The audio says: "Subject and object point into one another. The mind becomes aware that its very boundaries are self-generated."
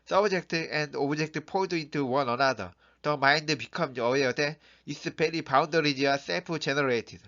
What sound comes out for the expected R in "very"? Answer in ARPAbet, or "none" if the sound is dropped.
L